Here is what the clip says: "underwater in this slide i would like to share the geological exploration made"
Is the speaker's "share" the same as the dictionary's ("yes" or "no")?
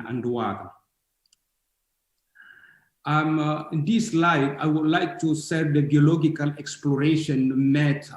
no